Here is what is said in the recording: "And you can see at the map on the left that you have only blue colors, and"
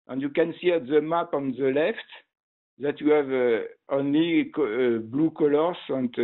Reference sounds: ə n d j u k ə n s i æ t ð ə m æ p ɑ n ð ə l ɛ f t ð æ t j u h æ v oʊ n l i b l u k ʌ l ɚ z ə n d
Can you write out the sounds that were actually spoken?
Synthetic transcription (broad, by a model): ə n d j u k ə n s i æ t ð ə m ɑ p ɑ n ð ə l ɛ f t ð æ t j u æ v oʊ n l i b l u k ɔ l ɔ s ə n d